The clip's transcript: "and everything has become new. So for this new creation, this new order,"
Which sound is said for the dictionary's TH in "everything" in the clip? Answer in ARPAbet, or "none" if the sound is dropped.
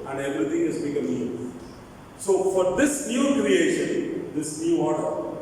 T